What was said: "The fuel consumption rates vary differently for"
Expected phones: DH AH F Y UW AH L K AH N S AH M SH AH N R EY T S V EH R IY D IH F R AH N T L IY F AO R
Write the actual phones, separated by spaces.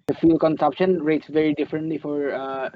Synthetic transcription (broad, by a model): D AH F Y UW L K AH N S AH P SH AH N R EY T S V EH R IY D IH F R AH N T L IY F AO R